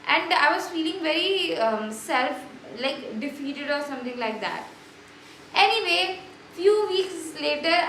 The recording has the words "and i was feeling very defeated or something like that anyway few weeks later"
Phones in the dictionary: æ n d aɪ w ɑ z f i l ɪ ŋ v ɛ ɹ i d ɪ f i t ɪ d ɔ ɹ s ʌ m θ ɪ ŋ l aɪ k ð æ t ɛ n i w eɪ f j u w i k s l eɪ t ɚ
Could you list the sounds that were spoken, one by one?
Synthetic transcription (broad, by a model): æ n d aɪ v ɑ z f i l ɪ ŋ v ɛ ɹ i d ɪ f i t ɪ d ɔ ɹ s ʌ m t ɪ ŋ l aɪ k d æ t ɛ n i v eɪ f j u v i k s l eɪ t ɚ